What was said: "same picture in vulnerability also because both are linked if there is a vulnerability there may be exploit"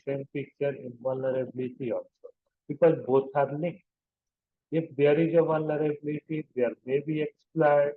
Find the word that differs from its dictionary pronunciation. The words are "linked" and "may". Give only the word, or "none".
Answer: linked